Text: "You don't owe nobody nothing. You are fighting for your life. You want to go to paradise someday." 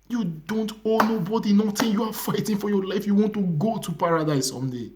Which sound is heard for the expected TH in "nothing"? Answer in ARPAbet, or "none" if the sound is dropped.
T